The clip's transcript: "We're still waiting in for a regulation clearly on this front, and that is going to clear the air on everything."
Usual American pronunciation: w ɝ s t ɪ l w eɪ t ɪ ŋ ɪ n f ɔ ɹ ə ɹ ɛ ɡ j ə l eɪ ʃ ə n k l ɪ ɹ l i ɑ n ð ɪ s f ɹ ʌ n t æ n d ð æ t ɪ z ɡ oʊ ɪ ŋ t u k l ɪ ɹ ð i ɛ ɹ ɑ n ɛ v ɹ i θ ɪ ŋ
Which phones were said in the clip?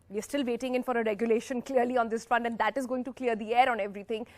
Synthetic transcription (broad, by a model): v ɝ s t ɪ l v eɪ t ɪ ŋ ɪ n f ɔ ɹ ə ɹ ɛ ɡ j ə l eɪ ʃ ə n k l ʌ ɹ l i ɑ n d ɪ s f ʌ n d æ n d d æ t ɪ z ɡ oʊ ɪ ŋ t u k l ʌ ɹ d i ɛ ɹ ɑ n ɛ v ɹ i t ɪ ŋ